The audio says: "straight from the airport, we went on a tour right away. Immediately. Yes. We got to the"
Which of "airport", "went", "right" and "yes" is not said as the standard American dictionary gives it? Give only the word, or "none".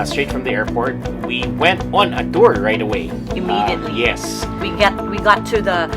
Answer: none